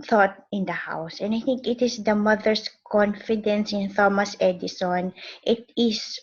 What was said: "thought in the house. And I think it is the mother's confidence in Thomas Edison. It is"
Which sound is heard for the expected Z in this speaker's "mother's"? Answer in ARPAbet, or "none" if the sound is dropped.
S